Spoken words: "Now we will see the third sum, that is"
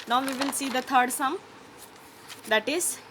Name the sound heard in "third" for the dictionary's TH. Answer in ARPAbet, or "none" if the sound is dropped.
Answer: T